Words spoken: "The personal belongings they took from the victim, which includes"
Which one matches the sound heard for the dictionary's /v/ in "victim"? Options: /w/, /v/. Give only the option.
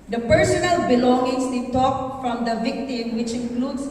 /v/